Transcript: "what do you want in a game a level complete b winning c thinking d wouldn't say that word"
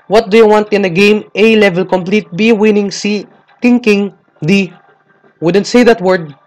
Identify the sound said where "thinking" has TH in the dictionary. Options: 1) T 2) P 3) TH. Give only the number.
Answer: 1